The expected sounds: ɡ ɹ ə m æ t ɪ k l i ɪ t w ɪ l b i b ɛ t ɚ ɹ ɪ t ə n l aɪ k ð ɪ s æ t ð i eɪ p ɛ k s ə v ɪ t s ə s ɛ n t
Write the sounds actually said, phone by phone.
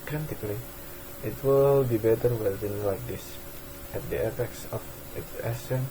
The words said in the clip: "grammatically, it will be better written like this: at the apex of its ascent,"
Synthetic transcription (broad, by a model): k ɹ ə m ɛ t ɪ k l i ɪ t w ɪ l b i b ɛ t ɚ w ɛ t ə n l aɪ k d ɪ s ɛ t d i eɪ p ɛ k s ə f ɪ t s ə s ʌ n